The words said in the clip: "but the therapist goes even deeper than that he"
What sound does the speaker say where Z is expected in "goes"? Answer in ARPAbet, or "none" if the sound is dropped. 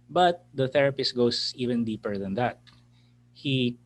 S